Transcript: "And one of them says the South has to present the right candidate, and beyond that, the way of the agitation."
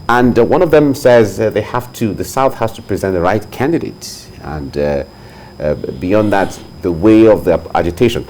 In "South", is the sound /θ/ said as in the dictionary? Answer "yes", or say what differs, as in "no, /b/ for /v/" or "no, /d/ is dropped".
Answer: yes